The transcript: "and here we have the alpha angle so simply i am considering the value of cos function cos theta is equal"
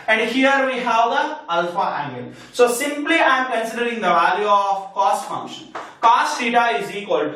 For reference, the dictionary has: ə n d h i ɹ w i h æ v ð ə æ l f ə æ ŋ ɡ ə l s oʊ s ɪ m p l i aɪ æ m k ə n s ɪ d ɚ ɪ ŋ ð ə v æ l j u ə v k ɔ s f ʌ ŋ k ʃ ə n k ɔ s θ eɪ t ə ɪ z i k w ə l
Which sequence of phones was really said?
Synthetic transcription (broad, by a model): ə n d h i ɹ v i h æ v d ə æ l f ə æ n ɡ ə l s oʊ s ɪ m p l i aɪ m k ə n s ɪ d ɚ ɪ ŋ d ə v æ l j u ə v k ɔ s f ʌ ŋ k ʃ ə n k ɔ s s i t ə ɪ z i k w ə l